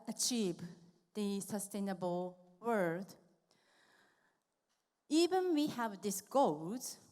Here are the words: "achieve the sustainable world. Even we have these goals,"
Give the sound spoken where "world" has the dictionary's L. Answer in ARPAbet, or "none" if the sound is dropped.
none